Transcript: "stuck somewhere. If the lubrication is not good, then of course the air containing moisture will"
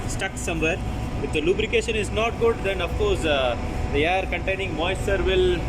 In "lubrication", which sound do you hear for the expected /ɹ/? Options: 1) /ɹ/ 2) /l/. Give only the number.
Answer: 1